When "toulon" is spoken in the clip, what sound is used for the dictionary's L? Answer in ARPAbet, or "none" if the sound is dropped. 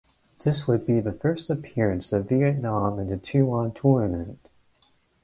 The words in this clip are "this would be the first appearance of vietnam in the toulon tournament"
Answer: none